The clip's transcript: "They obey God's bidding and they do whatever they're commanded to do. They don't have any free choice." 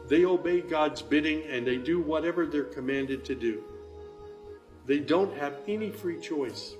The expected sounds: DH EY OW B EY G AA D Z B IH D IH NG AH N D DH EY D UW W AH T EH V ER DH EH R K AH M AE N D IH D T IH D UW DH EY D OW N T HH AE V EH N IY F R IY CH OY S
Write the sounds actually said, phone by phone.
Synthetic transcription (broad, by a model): DH EY OW B EY G AA D Z B IH D IH NG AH N DH EY D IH W AH T EH V ER DH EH R K AH M AE N D IH D T IH D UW DH EY D OW N T HH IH V EH N IY F R IY CH OY S